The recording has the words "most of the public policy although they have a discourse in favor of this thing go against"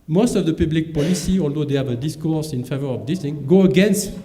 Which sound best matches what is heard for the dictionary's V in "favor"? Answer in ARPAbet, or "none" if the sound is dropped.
V